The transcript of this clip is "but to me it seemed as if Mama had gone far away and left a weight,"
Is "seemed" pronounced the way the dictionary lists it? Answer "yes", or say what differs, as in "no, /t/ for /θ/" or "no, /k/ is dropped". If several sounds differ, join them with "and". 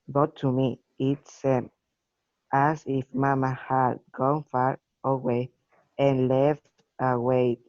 no, /d/ is dropped